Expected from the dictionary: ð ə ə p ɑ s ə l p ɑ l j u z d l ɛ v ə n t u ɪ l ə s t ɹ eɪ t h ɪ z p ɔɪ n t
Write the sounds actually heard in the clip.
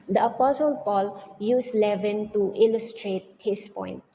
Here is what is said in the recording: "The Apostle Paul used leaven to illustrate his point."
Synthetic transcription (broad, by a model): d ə ə p ɑ s ə l p ɑ l j u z l ɛ v ə n t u ɪ l ə s t ɹ eɪ t h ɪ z p ɔɪ n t